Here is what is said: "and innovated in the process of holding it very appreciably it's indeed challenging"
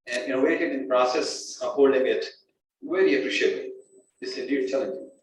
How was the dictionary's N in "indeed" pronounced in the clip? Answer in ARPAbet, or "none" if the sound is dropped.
none